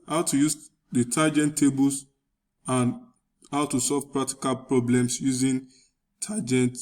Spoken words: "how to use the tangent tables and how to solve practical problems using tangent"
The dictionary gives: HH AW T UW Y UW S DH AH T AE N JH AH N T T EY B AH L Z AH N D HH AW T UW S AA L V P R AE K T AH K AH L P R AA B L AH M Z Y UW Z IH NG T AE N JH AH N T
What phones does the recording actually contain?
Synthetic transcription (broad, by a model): HH AW T UW Y UW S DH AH T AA JH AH N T T EY B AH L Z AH N HH AW T UW S AA L V P R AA K T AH K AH L P R AA B L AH M S Y UW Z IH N T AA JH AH N T